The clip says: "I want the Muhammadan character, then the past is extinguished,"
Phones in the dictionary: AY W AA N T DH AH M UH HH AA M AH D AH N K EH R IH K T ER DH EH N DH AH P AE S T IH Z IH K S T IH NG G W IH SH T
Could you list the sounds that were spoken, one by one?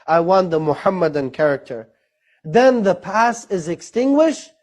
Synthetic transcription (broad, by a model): AY W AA N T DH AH M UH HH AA M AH D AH N K EH R IH K T ER DH EH N DH AH P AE S IH Z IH K S T IH NG G W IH SH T